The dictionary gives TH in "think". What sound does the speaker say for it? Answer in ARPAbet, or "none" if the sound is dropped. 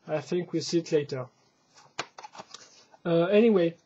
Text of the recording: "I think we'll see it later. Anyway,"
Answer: TH